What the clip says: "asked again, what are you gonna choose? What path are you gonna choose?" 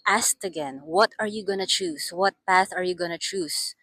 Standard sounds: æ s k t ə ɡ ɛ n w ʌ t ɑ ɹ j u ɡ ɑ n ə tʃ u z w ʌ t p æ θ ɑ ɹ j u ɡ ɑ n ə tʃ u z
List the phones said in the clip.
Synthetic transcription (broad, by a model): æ s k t ə ɡ ɛ n w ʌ t ɑ ɹ j u ɡ ɑ n ə tʃ u s w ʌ t p æ θ ɑ ɹ j u ɡ ɑ n ə tʃ u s